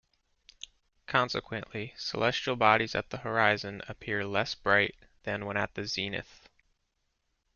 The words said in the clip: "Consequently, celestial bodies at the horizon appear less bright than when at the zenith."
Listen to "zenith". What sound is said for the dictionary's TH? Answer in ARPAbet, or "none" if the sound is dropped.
TH